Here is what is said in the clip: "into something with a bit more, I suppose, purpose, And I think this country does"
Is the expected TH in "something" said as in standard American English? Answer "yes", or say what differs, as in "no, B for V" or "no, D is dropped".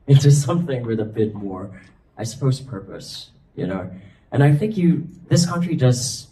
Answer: yes